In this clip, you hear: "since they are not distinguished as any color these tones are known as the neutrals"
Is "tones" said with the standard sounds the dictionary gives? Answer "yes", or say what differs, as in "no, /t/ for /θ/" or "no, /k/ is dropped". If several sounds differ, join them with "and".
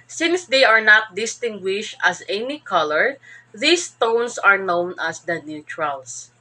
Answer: no, /s/ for /z/